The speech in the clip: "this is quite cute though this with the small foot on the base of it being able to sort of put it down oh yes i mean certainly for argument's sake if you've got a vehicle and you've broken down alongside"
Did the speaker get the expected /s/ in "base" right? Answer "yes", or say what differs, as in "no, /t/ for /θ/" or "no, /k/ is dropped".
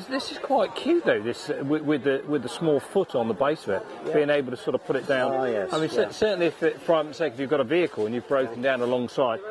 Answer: yes